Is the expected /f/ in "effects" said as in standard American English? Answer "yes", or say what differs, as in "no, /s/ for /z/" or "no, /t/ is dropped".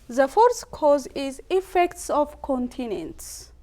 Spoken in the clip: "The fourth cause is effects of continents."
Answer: yes